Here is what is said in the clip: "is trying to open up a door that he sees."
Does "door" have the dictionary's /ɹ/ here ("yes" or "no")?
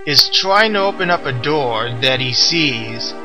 yes